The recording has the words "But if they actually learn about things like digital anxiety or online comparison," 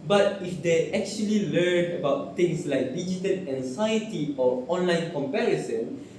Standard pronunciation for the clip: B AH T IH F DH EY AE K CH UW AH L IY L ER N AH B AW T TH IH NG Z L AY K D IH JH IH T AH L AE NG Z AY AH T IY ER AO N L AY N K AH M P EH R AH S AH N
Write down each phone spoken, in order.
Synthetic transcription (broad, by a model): B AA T IH F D EY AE K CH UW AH L IY L ER N AH B AW T T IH NG S L AY K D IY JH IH T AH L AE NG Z AY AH T IY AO AO N L AY N K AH M P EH R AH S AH N